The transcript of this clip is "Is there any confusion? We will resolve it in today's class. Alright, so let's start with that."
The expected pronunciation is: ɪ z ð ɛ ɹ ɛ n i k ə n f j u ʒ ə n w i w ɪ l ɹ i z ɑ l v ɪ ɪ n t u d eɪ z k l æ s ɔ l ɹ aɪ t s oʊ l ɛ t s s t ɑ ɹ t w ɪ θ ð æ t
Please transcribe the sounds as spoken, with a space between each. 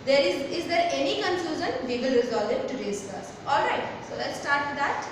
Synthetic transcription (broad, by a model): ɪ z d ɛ ɹ ɛ n i k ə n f j u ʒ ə n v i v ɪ l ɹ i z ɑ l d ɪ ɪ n t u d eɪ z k ɑ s ɔ l ɹ aɪ t s oʊ l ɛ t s s t ɑ ɹ t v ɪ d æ t